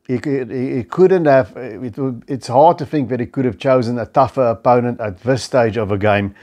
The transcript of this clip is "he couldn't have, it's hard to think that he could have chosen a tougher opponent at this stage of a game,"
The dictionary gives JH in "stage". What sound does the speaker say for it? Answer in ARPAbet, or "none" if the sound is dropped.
JH